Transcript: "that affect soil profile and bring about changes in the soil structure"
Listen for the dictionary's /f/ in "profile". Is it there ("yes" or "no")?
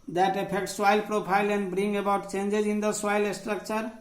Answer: no